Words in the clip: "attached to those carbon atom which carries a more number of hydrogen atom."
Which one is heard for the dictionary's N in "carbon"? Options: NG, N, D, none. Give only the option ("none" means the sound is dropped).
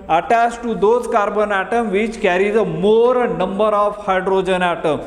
N